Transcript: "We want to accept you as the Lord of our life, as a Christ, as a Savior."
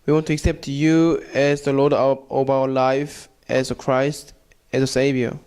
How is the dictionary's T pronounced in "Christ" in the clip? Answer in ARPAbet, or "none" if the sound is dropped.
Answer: T